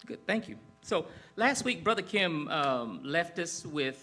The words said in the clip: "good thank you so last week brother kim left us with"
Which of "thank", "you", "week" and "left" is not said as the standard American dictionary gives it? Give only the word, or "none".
none